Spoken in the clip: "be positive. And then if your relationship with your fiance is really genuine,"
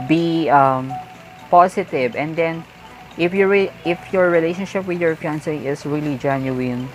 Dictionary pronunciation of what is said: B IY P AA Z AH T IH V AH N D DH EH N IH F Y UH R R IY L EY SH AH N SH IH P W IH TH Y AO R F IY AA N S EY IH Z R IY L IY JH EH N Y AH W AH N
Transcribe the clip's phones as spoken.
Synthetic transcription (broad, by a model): B IY P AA S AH T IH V AH N D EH N IH F Y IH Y R IY L EY SH AH N SH IH P W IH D Y AO R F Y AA N S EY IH S R IY L IY JH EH N Y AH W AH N